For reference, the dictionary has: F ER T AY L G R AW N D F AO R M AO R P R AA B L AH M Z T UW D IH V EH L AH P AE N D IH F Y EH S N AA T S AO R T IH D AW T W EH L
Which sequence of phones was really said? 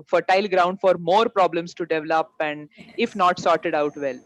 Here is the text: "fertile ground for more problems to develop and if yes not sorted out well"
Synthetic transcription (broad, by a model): F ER T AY L G R AW N D F AO R M AO R P R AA B L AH M S T UW D IH V EH L AH P AE N D IH F N AA T S AO R T IH D AW T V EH L